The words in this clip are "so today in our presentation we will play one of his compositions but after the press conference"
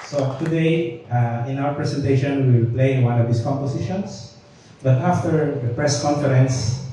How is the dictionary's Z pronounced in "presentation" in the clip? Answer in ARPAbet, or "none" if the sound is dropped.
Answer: S